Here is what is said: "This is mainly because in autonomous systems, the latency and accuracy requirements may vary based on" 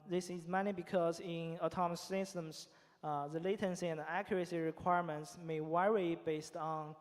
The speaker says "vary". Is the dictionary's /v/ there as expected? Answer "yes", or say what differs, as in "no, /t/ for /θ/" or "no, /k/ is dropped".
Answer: no, /w/ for /v/